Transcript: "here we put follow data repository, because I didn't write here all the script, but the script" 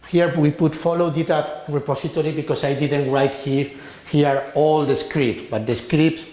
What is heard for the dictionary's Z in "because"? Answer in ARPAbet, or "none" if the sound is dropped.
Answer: S